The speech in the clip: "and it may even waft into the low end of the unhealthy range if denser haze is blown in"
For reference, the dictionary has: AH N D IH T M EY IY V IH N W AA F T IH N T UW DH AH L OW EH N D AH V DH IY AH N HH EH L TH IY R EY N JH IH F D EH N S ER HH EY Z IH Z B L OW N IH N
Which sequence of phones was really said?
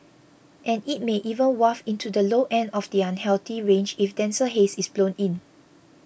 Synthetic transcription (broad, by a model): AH N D IH T M EY IY V IH N W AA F IH N T UW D AH L OW EH N D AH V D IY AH N HH EH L T IY R EY N JH IH F D EH N S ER HH EY S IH S B L OW N IH N